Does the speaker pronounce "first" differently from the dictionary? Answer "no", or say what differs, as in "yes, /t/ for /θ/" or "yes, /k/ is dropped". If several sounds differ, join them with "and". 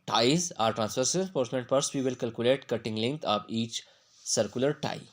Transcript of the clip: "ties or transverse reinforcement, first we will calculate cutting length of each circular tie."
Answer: yes, /p/ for /f/